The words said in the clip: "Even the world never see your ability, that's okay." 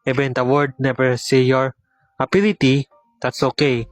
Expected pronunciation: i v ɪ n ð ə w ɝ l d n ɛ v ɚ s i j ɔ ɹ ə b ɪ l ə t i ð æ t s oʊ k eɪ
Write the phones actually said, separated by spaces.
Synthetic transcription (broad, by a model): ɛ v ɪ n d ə w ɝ d n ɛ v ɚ s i j ɔ ɹ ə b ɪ l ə t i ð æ t s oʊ k eɪ